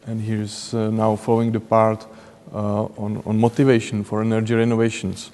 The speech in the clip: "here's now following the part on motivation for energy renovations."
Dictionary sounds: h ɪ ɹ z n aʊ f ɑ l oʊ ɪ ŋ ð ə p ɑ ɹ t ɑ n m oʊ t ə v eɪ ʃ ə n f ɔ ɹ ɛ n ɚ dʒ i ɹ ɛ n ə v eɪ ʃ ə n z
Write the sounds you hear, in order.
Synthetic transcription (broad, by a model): h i ɹ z n aʊ f ɑ l oʊ ɪ ŋ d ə p ɑ ɹ t ɑ n m oʊ t ə v eɪ ʃ ə n f ɔ ɹ ɛ n ɚ dʒ i ɹ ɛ n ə v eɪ ʃ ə n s